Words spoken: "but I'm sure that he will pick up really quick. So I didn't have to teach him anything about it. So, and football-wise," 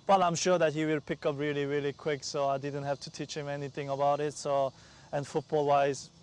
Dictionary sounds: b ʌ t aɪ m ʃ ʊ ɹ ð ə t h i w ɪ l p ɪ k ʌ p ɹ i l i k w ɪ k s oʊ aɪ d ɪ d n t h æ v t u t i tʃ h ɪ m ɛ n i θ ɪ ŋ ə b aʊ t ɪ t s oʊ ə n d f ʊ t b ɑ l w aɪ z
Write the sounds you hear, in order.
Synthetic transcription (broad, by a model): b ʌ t aɪ m ʃ ʊ ɹ ð ə t h i w ɪ l p ɪ k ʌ p ɹ i l i k w ɪ k s oʊ aɪ d ɪ d n t h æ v t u t i tʃ h ɪ m ɛ n i θ ɪ ŋ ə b aʊ t ɪ t s oʊ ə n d f ʊ t b ɑ l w aɪ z